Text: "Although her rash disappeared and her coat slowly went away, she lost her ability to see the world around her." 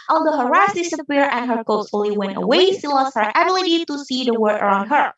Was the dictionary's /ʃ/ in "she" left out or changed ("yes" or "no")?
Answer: yes